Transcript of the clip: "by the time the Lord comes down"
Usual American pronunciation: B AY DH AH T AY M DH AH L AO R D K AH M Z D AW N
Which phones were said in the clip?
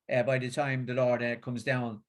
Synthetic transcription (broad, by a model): B AY DH AH T AY M DH AH L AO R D K AH M Z D AW N